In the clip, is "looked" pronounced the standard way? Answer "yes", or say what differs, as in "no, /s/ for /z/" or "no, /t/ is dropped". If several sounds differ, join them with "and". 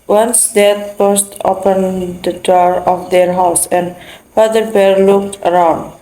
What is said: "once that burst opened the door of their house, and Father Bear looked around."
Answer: yes